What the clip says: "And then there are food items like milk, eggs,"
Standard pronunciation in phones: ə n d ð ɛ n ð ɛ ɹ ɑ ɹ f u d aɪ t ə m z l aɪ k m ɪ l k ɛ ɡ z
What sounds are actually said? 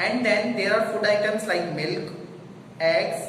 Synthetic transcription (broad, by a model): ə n d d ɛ n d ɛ ɹ ɑ ɹ f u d aɪ t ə m s l aɪ k m ɪ l k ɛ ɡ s